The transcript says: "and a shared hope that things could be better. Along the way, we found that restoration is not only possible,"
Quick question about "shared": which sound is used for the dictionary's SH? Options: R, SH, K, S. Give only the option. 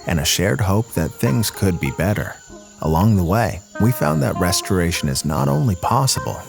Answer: SH